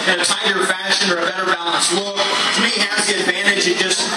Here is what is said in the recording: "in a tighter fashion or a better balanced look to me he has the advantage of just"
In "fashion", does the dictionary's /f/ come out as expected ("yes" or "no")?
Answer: yes